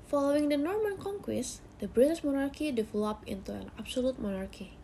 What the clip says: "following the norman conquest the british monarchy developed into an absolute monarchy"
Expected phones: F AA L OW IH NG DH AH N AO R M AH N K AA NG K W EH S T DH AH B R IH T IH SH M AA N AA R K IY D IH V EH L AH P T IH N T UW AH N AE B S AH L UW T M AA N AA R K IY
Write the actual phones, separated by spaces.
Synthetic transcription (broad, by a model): F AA L OW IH NG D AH N AO R M AH N K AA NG K W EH S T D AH B R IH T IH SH M AA N AA R K IY D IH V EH L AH P IH N T UW AH N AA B S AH L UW T M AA N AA R K IY